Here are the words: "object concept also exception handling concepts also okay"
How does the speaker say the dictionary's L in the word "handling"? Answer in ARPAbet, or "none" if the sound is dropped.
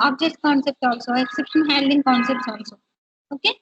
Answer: none